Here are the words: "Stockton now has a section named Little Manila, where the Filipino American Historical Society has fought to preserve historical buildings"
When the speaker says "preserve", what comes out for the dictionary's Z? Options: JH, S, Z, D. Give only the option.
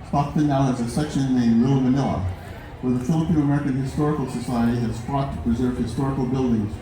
Z